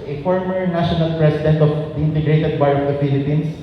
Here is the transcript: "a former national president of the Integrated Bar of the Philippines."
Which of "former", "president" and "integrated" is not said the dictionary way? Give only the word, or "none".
president